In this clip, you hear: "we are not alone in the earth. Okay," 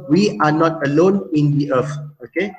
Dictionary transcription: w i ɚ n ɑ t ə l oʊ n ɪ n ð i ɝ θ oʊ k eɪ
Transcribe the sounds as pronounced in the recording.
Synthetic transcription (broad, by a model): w i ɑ n ɑ t ə l oʊ n ɪ n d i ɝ f oʊ k eɪ